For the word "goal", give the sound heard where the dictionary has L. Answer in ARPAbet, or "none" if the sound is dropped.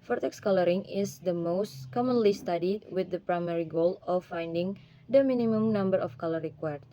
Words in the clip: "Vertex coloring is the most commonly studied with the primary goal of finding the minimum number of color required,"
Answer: L